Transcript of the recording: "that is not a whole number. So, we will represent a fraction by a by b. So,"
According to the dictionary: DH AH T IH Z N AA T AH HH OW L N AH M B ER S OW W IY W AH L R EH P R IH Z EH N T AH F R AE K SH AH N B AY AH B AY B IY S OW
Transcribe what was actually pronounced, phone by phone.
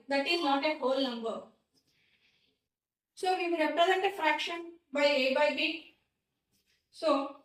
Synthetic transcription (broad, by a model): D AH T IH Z N AA T AH HH OW L N AH M B ER S OW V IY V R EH P R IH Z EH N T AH F R AE K SH AH N B AY AH B AY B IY S OW